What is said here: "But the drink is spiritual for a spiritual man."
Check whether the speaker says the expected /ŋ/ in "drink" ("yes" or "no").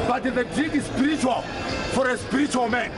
no